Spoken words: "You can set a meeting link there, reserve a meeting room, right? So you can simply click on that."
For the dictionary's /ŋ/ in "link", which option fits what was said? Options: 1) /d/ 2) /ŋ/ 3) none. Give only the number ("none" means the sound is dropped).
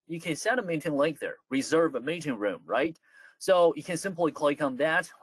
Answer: 3